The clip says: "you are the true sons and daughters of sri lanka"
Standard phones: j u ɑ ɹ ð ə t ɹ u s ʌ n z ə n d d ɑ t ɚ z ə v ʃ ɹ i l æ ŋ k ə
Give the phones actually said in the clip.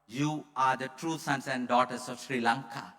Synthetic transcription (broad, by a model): j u ɑ ɹ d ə t ɹ u s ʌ n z ə n d d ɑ t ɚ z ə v ʃ ɹ i l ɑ ŋ k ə